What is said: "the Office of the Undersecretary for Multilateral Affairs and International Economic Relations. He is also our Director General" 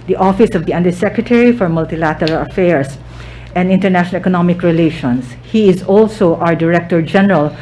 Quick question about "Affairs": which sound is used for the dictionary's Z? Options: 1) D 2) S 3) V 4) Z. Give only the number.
2